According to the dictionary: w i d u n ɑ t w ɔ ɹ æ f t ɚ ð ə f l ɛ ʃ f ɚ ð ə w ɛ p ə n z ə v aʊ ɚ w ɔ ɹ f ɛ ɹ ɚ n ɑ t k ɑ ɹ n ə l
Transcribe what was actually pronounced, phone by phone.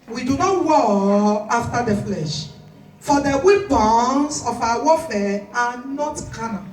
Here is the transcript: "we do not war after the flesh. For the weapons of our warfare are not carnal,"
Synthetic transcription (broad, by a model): w i d u n ɑ t w ɔ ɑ f t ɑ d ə f l ɛ ʃ f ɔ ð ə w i b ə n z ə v aʊ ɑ w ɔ f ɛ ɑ n ɑ t k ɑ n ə